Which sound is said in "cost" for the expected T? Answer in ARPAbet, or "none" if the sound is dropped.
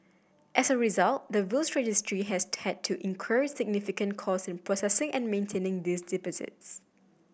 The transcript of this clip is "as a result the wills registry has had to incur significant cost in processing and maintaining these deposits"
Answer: none